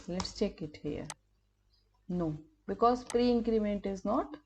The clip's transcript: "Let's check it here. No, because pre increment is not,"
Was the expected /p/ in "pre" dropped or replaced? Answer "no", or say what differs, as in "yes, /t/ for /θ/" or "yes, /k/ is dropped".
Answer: no